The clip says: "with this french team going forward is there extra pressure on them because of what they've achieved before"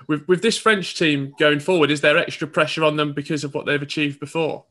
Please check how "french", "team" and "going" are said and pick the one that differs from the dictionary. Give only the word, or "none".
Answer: none